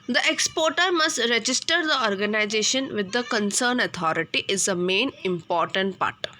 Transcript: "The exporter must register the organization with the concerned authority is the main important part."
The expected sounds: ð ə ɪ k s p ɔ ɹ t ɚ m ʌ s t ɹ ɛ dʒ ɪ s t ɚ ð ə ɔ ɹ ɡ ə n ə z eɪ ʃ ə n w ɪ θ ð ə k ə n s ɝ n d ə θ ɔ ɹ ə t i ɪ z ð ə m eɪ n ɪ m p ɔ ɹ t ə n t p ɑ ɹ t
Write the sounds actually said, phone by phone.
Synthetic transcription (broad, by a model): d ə ɪ k s p ɔ ɹ t ɚ m ʌ s t ɹ ɛ dʒ ɪ s t ɚ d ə ɔ ɹ ɡ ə n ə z eɪ ʃ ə n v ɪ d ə k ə n s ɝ n ə t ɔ ɹ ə t i ɪ z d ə m eɪ n ɪ m p ɔ ɹ t ə n t p ɑ ɹ t